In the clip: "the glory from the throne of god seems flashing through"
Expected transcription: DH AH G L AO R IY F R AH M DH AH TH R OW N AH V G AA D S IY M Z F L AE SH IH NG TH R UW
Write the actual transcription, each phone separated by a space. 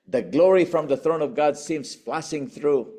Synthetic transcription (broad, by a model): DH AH G L AO R IY F R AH M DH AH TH R OW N AH V G AA D S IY M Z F L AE S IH NG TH R UW